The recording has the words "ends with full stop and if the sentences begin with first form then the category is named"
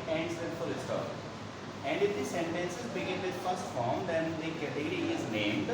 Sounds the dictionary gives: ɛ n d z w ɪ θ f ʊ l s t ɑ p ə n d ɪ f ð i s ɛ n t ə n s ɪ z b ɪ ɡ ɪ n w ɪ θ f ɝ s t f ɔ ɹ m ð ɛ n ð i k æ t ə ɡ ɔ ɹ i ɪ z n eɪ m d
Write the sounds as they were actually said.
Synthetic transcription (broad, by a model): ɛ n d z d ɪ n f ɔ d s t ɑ ə n d ɪ f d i s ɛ n t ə n s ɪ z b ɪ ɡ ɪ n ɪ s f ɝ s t f ɔ ɹ m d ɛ n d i k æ t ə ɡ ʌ ɹ i ɪ z n eɪ m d